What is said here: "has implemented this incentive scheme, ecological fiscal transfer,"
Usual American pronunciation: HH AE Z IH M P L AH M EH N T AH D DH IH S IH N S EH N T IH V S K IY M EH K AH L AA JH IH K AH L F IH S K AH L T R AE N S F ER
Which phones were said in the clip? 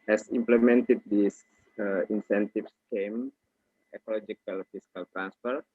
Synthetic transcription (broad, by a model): HH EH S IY M P L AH M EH N T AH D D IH S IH N S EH N T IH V S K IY M EH K AH L AA JH IH K AH L F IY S K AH L T R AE N S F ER